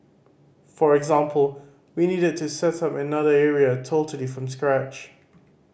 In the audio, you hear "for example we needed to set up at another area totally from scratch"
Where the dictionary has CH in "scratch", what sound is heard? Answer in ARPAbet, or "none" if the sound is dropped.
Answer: CH